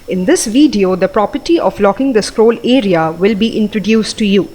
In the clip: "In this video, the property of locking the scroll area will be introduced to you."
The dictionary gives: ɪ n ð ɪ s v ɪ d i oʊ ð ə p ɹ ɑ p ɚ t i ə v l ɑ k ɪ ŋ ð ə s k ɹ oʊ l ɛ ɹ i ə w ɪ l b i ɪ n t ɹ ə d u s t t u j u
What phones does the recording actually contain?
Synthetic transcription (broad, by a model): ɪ n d ɪ s v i d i oʊ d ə p ɹ ɑ p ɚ t i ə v l ɑ k ɪ ŋ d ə s k ɹ oʊ l ɛ ɹ i ə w ɪ l b i ɪ n t ɹ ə d u s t t u j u